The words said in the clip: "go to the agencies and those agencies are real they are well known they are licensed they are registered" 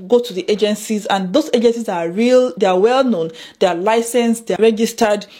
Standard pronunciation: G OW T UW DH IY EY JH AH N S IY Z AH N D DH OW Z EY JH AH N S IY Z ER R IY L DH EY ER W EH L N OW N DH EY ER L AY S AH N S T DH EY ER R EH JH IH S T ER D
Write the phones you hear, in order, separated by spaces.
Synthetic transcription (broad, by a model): G OW T UW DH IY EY JH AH N S IY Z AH N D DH OW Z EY JH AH N S IY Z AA R IY L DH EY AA W EH L N OW N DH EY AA L AY S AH N S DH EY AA R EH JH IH S T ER D